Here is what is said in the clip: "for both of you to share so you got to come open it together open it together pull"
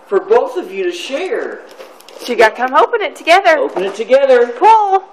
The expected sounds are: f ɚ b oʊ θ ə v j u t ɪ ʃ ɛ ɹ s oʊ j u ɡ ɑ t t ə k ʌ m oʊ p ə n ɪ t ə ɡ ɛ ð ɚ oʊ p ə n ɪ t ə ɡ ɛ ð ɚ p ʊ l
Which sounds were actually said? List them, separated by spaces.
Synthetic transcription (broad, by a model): f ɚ b oʊ θ ə v j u t ɪ ʃ ɛ ɹ ʃ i ɡ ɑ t t k ʌ m oʊ p ə n ɪ t ə ɡ ɛ ð ɚ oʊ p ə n ɪ t ə ɡ ɛ ð ɚ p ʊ l